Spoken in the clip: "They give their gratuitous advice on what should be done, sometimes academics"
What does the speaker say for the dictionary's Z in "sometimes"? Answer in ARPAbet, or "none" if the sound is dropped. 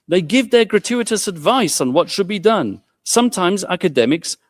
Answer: Z